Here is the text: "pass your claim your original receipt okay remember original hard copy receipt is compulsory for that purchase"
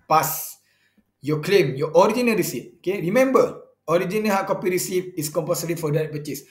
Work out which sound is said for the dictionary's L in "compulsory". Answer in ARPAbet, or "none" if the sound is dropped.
none